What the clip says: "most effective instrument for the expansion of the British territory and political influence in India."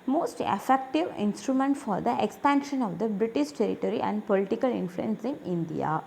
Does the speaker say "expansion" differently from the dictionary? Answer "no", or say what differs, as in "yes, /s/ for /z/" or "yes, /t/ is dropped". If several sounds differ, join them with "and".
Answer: no